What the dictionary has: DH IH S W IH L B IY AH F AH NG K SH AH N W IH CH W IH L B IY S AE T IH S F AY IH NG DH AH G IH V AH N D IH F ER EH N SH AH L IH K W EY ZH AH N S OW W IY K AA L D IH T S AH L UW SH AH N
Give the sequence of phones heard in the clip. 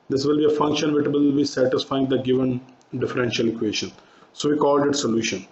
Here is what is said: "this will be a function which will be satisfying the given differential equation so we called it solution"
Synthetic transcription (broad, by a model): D IH S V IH L B IY AH F AH NG K SH AH N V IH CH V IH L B IY S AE T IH S F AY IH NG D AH G IH V AH N D IH F ER EH N SH AH L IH K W EY SH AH N S OW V IY K AA L D IH T S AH L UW SH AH N